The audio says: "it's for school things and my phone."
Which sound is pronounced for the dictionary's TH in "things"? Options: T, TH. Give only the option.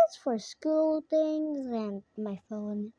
T